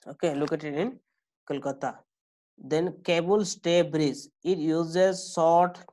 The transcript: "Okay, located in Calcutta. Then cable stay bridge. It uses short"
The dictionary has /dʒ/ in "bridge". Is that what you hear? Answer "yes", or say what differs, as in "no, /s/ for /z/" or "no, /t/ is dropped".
no, /z/ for /dʒ/